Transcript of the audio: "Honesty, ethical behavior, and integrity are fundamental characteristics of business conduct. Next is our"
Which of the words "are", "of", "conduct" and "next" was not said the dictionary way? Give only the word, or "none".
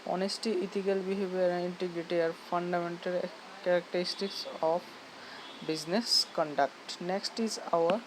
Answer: of